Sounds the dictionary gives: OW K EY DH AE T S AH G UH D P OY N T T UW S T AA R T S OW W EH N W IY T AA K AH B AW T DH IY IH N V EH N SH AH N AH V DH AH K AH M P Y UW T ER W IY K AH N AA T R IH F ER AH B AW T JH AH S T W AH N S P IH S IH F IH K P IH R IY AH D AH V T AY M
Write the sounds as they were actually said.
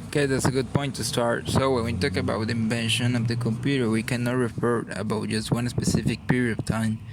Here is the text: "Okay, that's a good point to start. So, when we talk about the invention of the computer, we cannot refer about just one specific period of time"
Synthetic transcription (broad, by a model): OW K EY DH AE T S AH G UH D P OY N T T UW S T AA R T S OW W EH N W IY T AA K AH B AW T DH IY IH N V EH N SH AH N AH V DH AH K AH M P Y UW T ER W IY K AH N AA T R IH F ER AH B AW T JH AH S T W AH N S P IH S IH F IH K P IH R IY AH D AH V T AY M